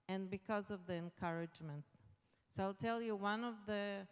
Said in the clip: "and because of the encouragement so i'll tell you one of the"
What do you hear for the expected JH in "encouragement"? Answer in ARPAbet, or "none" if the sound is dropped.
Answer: JH